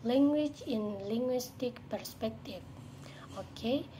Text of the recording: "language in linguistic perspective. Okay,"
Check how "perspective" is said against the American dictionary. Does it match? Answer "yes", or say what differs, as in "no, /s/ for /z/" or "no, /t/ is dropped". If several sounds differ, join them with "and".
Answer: no, /f/ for /v/